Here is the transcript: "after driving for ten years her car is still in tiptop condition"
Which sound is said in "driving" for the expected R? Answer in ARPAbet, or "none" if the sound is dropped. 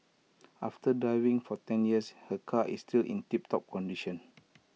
none